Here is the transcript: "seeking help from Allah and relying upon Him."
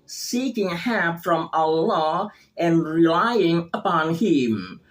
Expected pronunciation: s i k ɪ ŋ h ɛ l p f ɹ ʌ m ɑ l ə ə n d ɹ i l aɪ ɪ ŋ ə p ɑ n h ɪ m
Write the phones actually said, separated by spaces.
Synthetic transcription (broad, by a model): s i k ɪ ŋ h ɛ p f ɹ ʌ m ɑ l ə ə n ɹ i l aɪ ɪ ŋ ə p ɑ n h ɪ m